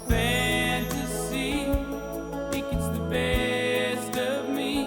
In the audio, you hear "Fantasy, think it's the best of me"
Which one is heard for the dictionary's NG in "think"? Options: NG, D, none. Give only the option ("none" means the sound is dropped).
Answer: none